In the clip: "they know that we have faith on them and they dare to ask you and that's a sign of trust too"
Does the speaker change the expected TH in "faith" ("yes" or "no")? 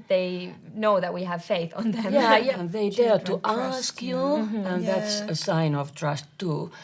no